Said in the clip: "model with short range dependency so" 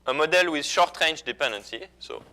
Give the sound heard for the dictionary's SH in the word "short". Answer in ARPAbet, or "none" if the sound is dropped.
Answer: SH